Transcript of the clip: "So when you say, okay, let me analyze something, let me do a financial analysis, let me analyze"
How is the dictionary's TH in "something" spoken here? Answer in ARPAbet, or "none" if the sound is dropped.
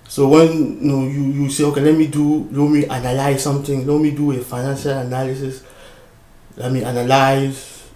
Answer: T